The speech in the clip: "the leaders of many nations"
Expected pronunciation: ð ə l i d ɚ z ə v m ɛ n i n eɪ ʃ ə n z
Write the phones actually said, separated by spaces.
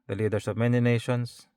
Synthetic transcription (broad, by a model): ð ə l i d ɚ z ə v m ɛ n i n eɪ ʃ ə n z